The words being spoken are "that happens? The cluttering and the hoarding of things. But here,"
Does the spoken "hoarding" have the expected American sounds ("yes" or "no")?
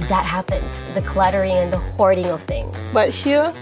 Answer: yes